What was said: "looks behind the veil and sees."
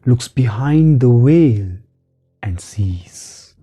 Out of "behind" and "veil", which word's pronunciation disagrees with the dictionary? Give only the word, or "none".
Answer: veil